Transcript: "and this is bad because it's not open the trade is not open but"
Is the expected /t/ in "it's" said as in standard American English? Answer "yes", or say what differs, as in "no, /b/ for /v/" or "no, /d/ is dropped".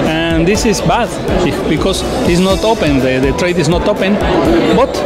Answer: no, /s/ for /t/